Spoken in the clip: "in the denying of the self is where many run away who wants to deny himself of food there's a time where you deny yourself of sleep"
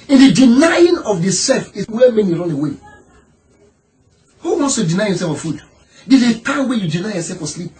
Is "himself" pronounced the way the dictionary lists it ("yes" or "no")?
no